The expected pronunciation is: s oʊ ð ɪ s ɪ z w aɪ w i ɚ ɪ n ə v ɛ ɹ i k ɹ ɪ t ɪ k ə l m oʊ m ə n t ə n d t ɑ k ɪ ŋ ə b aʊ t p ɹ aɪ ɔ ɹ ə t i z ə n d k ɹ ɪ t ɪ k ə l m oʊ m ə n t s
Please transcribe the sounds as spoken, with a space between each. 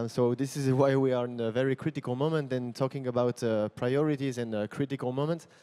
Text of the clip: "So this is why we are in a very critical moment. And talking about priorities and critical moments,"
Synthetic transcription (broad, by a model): s oʊ ð ɪ s ɪ z w aɪ w i ɚ ɪ n ə v ɛ ɹ i k ɹ ɪ t ɪ k ə l m oʊ m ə n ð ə n t ɑ k ɪ ŋ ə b aʊ t p ɹ aɪ ɔ ɹ ə t i z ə n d k ɹ ɪ t ɪ k ə l m oʊ m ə n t s